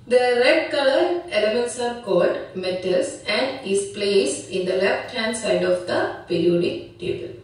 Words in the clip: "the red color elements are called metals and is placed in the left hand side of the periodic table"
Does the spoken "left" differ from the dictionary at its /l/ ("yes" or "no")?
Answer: no